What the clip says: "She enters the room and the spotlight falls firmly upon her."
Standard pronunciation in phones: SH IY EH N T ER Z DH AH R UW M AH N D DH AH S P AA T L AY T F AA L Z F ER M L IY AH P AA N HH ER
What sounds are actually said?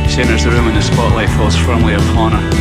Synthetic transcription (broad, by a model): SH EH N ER Z DH AH R UW M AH N DH AH S P AA T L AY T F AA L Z F ER M L IY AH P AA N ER